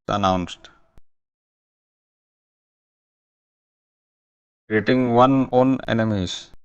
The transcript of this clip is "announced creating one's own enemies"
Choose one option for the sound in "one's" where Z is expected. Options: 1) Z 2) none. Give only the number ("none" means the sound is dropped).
2